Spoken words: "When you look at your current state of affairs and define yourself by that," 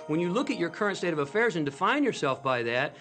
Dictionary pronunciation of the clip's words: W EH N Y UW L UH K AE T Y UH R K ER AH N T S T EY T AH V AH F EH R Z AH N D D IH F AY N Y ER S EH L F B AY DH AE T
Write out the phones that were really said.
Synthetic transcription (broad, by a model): W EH N Y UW L UH K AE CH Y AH R K ER AH N T S T EY T AH V AH F EH R Z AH N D D IH F AY N Y ER S EH L F B AY DH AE T